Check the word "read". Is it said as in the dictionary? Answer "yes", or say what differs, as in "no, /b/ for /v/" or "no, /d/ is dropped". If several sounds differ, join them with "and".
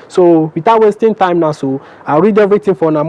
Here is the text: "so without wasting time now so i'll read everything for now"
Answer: yes